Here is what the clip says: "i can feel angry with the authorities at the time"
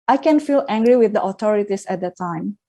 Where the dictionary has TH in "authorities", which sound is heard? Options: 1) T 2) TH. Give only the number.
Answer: 1